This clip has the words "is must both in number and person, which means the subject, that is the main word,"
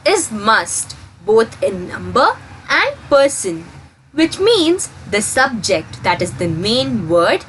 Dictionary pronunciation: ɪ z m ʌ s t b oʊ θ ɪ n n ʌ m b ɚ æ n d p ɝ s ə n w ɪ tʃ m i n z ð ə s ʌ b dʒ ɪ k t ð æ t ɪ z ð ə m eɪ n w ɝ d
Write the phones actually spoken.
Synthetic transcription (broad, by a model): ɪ z m ʌ s t b oʊ t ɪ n n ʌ m b ɚ æ n d p ɝ s ə n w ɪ tʃ m i n z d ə s ʌ b dʒ ɪ k t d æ t ɪ z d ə m eɪ n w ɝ d